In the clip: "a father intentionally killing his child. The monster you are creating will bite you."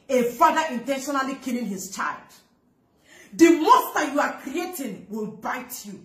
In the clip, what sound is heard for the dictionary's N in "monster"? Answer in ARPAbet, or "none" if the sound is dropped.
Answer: none